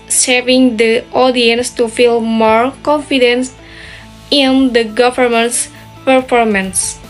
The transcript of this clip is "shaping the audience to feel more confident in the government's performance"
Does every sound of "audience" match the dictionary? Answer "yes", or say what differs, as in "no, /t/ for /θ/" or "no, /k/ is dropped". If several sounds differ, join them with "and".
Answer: yes